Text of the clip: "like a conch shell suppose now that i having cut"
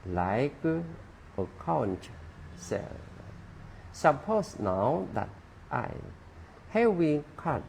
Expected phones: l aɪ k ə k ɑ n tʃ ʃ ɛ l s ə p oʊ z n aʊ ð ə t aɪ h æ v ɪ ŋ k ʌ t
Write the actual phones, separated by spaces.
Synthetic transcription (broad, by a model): l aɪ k ə k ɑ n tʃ s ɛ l s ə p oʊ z n aʊ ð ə t aɪ h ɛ w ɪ k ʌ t